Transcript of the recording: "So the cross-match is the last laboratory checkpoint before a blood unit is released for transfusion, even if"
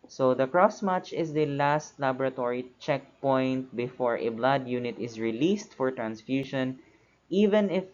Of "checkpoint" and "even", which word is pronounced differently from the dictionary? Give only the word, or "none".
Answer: none